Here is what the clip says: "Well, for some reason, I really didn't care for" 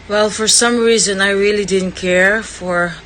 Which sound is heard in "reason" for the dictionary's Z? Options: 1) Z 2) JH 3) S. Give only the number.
1